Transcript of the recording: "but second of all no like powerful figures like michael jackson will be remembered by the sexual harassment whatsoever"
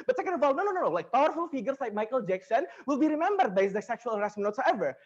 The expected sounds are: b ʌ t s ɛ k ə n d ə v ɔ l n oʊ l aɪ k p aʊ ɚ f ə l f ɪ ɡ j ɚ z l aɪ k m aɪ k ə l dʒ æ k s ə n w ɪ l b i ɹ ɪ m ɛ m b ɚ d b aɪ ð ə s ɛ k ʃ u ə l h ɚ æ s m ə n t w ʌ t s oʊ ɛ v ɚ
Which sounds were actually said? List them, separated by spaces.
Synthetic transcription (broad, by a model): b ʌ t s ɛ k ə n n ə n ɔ n n oʊ l aɪ k p aʊ ɚ f ə l f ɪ ɡ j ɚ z l aɪ k m aɪ k ə l dʒ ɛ k s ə n w ɪ l b i ɹ ɪ m ɛ m b ɚ d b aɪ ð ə s ɛ k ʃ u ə l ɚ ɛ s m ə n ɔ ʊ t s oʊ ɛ v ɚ